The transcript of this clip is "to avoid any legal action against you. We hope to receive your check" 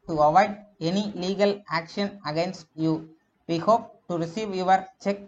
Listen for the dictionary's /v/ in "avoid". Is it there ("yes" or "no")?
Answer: yes